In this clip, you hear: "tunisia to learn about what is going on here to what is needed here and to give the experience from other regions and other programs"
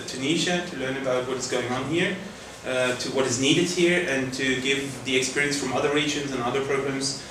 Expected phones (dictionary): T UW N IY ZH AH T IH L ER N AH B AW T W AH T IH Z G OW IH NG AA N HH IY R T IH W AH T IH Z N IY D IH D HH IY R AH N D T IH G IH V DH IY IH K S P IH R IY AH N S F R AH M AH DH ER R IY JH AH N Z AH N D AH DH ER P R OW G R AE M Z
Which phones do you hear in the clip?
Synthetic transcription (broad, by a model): T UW N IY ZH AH T IH L ER N AH B AW T W AH T IH Z G OW IH NG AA N HH IY R T IH W AH T IH Z N IY D IH D HH IY R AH N T IH G IH V DH IY IH K S P IH R IY AH N S F R AH M AH DH ER R IY JH AH N Z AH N AH DH ER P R OW G R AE M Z